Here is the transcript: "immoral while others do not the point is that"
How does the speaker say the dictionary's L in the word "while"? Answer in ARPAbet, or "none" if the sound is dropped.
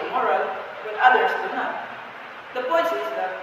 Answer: N